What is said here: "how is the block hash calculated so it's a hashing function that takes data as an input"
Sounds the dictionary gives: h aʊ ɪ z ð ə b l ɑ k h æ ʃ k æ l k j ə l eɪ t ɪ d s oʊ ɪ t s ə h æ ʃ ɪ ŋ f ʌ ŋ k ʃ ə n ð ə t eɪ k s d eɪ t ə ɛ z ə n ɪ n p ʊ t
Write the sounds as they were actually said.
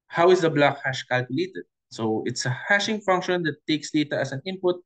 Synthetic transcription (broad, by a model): h aʊ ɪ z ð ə b l ɑ k h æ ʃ k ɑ l k j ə l eɪ t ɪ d s oʊ ɪ t s ə h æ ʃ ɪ ŋ f ʌ ŋ k ʃ ə n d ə t eɪ k s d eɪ t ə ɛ s ə n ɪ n p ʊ t